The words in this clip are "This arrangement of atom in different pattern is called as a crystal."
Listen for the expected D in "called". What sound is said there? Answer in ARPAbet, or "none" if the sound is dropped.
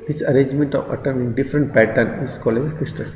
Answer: none